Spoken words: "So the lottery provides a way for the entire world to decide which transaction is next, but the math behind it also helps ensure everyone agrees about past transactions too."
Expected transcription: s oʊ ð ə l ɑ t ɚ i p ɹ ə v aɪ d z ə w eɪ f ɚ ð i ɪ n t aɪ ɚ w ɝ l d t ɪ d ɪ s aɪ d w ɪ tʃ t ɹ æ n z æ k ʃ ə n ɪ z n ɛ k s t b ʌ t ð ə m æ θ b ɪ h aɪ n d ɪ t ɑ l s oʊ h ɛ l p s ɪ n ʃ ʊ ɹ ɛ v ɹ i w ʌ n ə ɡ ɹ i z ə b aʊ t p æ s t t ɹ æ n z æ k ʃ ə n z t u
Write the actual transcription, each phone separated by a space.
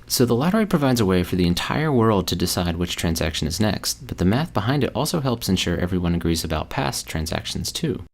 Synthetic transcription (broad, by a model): s oʊ ð ə l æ t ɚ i p ɹ ə v aɪ d z ə w eɪ f ɚ ð i ɪ n t aɪ ɚ w ɝ l d t ɪ d ɪ s aɪ d w ɪ tʃ t ɹ æ n z æ k ʃ ə n ɪ z n ɛ k s t b ʌ t ð ə m æ θ b ɪ h aɪ n d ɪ t ɑ l s oʊ h ɛ l p s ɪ n ʃ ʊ ɹ ɛ v ɹ i w ʌ n ə ɡ ɹ i z ə b aʊ t p æ s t t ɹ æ n z æ k ʃ n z t u